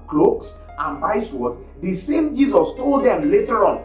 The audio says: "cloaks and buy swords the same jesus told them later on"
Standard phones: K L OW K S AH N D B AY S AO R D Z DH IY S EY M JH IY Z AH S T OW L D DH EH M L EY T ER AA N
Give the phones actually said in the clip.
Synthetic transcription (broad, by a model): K L OW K S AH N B AY S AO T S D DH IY S EY M JH IY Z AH S T OW L D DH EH M L EY T ER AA N